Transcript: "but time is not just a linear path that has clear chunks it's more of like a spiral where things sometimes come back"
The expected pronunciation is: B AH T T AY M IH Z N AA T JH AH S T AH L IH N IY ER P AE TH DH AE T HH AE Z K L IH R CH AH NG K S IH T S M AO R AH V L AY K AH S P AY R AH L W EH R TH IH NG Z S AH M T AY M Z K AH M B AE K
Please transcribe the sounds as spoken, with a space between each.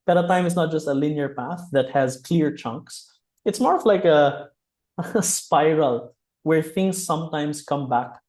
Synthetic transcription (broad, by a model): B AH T T AY M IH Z N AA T JH AH S T AH L IH N IY ER P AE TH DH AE T HH AE Z K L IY R CH AH NG K S IH T S M AO R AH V L AY K AH S P AY R AH L W EH R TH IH NG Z S AH M T AY M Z K AH M B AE K